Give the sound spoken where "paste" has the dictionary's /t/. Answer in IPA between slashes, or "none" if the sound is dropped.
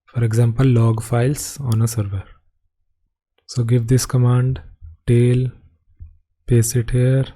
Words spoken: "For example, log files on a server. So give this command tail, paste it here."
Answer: none